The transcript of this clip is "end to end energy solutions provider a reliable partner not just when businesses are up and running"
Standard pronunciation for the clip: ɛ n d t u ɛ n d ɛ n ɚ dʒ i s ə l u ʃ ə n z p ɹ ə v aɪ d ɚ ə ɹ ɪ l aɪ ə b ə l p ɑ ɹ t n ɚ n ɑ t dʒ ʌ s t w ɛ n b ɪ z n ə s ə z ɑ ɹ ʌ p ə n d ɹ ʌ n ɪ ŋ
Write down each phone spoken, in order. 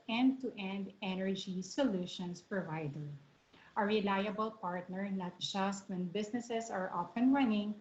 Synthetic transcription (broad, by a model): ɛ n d t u ɛ n d ɛ n ɚ dʒ i s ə l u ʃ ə n s p ɹ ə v aɪ d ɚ ə ɹ ɪ l aɪ ə b ə l p ɑ ɹ t n ɚ n ɑ t dʒ ʌ s t w ɛ n b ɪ s n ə s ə s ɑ ɹ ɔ f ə n ɹ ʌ n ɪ ŋ